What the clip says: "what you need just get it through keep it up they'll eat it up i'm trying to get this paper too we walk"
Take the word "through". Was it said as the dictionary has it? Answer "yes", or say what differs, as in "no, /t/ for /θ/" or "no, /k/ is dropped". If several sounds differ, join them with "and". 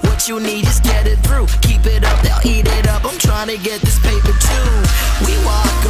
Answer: yes